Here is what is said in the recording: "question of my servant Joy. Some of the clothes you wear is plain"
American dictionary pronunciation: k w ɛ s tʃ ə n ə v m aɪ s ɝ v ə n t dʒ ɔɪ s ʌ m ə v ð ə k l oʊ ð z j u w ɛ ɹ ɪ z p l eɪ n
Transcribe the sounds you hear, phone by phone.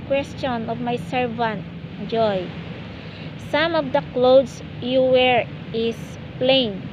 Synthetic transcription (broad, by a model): k w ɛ s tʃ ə n ə v m aɪ s ɝ v ə n t dʒ ɔɪ s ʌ m ə v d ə k l oʊ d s j u w ɛ ɹ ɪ s p l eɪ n